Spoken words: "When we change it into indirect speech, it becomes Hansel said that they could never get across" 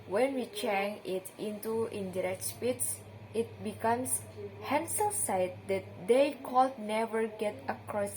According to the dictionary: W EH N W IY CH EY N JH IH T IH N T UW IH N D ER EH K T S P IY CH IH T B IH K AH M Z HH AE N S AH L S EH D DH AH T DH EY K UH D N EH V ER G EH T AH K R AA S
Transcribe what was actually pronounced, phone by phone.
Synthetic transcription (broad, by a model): W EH N W IY CH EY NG IH T IH N T UW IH N D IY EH K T S P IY S IH T B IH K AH M S HH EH N S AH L S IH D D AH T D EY K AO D N EH V ER G EH T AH K R AA S